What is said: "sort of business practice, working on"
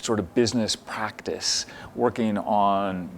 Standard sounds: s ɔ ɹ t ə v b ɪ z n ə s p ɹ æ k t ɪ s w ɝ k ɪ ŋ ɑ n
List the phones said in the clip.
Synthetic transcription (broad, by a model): s ɔ ɹ t ə v b ɪ z n ə s p ɹ æ k t ɪ s w ɝ k ɪ ŋ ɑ n